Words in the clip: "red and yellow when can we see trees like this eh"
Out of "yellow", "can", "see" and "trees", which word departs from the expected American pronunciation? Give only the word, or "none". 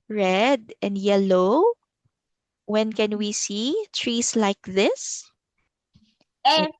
trees